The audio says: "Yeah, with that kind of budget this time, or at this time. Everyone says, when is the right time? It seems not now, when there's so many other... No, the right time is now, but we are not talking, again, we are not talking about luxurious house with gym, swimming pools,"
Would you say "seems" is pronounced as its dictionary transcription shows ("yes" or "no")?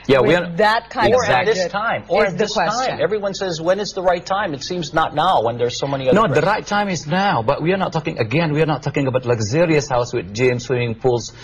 yes